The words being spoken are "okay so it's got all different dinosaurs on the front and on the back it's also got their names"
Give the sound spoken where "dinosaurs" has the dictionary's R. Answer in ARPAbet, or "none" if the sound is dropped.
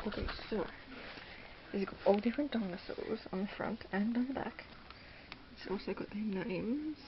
L